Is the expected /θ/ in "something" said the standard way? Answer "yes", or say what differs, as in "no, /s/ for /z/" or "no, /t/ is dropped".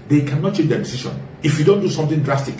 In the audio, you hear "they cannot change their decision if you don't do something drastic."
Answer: no, /t/ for /θ/